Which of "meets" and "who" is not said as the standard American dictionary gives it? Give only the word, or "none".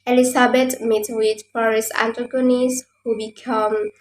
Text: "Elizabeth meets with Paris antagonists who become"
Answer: meets